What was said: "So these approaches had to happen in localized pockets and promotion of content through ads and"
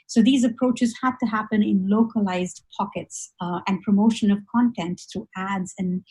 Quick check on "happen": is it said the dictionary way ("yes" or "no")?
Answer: yes